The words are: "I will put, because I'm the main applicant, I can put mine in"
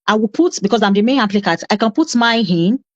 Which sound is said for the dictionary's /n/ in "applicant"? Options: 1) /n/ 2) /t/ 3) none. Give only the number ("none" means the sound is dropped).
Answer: 3